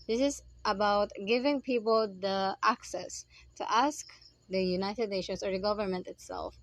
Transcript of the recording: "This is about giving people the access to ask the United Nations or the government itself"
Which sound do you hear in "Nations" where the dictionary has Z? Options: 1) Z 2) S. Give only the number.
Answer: 2